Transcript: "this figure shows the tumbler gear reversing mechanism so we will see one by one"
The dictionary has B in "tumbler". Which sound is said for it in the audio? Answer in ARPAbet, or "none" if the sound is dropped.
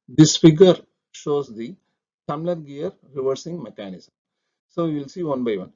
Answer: none